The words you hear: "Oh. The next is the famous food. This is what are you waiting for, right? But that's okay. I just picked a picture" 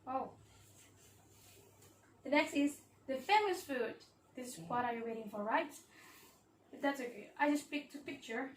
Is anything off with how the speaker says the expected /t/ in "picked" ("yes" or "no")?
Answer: no